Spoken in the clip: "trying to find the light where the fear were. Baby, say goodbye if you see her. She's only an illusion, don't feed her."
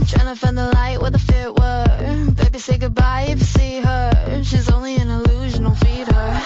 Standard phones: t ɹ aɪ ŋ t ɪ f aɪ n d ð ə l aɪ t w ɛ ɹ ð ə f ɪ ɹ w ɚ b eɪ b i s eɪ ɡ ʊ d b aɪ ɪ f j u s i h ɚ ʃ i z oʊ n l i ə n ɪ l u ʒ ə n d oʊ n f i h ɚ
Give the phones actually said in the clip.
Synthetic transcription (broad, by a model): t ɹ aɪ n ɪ f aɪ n ð ə l aɪ t w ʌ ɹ ð ə f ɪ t w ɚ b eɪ b i s eɪ ɡ ʊ d b aɪ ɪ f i s i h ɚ ʃ i z oʊ n l i ə n ɪ l u ʒ ə n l f i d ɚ